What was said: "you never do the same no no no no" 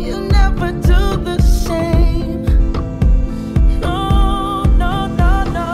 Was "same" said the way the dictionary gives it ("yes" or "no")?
no